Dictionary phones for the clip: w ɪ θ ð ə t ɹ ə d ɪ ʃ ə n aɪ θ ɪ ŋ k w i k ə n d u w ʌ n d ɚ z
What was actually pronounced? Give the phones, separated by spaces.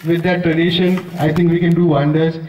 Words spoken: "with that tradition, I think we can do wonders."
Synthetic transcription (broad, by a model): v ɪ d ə t ɹ ə d ɪ ʃ ə n aɪ t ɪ ŋ k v i k ə n d u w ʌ n d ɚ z